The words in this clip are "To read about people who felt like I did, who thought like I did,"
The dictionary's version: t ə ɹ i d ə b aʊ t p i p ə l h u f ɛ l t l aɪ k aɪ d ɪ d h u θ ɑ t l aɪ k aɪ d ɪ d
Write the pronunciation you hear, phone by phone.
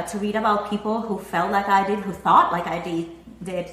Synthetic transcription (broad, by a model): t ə ɹ i d ə b aʊ t p i p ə l h u f ɛ l t l aɪ k aɪ d ɪ d h u θ ɑ t l aɪ k aɪ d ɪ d